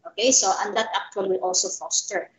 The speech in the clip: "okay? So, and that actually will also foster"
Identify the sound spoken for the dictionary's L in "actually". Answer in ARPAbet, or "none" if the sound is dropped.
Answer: W